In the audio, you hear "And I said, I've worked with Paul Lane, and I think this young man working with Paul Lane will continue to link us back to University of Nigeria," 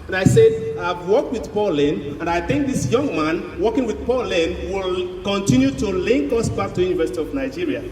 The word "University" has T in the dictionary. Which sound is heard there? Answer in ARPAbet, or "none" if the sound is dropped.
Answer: T